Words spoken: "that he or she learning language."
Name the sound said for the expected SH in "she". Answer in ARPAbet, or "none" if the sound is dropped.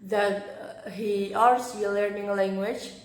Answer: S